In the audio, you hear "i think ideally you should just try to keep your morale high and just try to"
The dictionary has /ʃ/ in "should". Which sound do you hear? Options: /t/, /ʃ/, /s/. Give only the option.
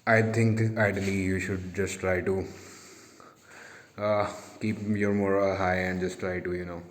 /ʃ/